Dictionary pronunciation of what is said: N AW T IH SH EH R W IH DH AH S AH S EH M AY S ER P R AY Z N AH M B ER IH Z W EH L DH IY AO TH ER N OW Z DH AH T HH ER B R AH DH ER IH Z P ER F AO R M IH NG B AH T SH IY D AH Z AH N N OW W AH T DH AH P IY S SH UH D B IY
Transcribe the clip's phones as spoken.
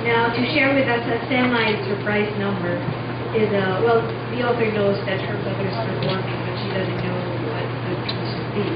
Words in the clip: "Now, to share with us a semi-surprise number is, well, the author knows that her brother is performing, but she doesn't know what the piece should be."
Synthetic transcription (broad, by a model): N AW T IH SH EH R W IH DH AH S AH S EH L AY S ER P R AY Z N AH M B ER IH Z W EH L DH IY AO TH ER N OW Z DH AH T HH ER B AH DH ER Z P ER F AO R M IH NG B AH T SH IY D AH Z AH N N OW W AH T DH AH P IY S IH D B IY